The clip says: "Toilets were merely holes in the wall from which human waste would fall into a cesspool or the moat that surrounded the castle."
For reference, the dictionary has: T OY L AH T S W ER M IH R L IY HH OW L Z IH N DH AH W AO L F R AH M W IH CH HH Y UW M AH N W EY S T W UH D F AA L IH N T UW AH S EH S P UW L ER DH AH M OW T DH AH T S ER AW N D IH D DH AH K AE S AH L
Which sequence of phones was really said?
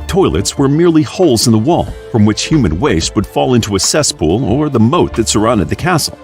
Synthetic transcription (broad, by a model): T OY L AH T S W ER M IH R L IY HH OW L Z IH N DH AH W AO L F R AH M W IH CH HH Y UW M AH N W EY S T W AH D F AA L IH N T UW AH S EH S P UW L ER DH AH M OW T DH AH T S ER AW N D IH D DH AH K AE S L